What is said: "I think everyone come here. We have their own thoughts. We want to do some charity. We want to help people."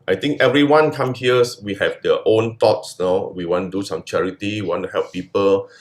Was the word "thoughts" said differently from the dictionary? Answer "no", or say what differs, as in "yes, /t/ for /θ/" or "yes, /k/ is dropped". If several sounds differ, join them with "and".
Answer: yes, /t/ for /θ/